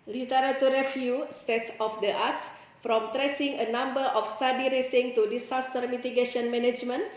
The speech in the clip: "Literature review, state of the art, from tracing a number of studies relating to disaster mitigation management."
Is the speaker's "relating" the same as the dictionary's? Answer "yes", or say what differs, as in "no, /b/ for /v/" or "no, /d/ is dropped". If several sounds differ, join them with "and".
no, /s/ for /t/